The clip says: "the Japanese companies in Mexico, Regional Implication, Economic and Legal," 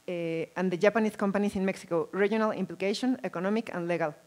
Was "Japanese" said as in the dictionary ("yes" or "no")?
no